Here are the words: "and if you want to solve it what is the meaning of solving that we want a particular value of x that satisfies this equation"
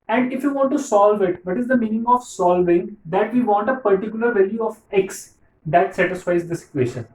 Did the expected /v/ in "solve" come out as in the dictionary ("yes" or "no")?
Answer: yes